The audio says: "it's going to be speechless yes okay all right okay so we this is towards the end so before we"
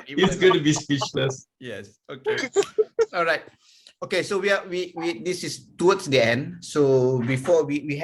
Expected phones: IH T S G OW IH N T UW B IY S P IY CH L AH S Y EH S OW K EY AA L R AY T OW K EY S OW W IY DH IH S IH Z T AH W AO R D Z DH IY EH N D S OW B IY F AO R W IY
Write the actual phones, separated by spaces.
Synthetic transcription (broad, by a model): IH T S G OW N T UW B IY S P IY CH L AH S Y EH S OW K EY AA L R AY T OW K EY S OW W IY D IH S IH S T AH W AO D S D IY EH N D S OW B IY F AO W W IY